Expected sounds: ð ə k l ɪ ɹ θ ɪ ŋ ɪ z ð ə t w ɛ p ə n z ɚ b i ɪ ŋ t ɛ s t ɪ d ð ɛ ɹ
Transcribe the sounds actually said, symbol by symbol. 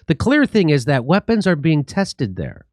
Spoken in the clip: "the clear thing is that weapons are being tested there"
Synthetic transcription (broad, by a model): ð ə k l ɪ ɹ θ ɪ ŋ ɪ z ð ə t w ɛ p ə n z ɚ b i ɪ ŋ t ɛ s t ɪ d ð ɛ ɹ